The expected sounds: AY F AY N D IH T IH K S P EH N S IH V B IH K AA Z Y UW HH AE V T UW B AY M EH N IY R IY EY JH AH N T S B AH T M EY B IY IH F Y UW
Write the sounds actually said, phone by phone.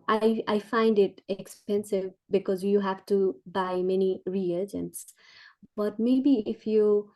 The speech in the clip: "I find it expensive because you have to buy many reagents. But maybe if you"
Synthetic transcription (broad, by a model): AY F AY N D IH T IH K S P EH N S IH V B IH K AA Z Y UW HH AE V T UW B AY M EH N IY R IY EY JH AH N T S B AH T M EY B IY IH F Y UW